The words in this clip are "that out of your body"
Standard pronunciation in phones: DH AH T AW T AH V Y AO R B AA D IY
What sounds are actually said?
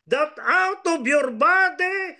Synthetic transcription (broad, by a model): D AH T AW T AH B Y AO R B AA D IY